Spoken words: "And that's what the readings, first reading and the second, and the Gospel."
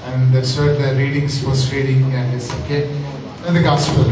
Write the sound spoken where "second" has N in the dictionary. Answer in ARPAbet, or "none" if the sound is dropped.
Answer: none